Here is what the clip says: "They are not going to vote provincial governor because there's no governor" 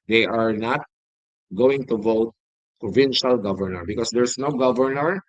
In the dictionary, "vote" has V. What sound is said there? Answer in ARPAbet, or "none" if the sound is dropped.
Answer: V